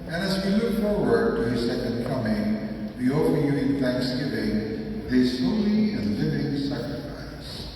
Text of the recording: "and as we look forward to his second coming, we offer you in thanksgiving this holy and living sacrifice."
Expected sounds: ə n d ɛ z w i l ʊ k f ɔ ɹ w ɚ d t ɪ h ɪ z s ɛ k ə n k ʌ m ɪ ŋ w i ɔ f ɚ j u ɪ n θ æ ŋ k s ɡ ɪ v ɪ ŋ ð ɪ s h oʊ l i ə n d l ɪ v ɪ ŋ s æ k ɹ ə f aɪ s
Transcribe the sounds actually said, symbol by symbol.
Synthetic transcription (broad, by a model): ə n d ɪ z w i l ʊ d f ɔ ɹ w ɚ d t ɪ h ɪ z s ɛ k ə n k ʌ m ɪ ŋ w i ɔ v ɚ j u ɪ n θ æ ŋ k s ɡ ɪ v ɪ ŋ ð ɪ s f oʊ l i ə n l ɪ v ɪ ŋ s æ k ɹ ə f aɪ s